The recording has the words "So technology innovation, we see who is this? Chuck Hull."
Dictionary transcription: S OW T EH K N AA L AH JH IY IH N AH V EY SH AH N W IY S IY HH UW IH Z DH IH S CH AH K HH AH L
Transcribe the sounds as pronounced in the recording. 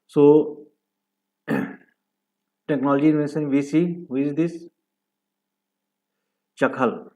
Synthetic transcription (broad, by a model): S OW T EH K N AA L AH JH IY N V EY S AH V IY S IY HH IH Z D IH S CH AH K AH L